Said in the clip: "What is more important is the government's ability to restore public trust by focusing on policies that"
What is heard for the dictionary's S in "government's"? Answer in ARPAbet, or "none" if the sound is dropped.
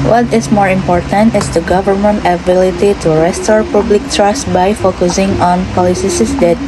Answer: none